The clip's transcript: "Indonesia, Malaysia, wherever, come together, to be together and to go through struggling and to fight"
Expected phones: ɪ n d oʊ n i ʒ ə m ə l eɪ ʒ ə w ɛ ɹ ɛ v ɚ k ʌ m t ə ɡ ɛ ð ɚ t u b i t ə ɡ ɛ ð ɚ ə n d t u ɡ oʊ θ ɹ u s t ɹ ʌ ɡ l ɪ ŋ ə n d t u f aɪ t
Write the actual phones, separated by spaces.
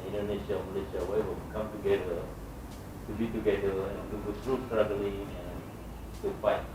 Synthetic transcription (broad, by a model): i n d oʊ n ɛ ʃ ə m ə l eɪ ʃ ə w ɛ w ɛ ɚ k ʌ m t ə ɡ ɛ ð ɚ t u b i t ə ɡ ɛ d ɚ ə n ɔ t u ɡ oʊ t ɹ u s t ɹ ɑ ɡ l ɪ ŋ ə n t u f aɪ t